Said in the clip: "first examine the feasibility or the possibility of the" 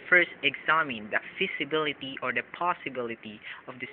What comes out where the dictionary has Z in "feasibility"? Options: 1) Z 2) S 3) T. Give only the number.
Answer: 2